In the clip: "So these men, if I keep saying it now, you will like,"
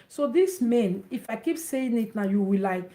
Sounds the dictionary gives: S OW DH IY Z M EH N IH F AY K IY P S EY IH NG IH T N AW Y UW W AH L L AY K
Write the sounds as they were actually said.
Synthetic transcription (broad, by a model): S OW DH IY S M EH N IH F AY K IY P S EY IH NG IH T N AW Y UW W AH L L AY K